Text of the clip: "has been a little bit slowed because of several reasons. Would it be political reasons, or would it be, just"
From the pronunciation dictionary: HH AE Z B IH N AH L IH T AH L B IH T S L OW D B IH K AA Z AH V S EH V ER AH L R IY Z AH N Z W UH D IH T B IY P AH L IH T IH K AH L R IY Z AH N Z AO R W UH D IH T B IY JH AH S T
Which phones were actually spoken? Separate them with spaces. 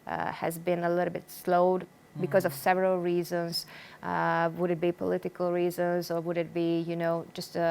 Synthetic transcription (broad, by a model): HH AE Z B IH N AH L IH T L B IH T S L OW D B IH K AA Z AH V S EH V ER AH L R IY Z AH N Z W UH D IH T B IY P AH L IH T IH K AH L R IY Z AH N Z AO R W UH D IH T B IY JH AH S T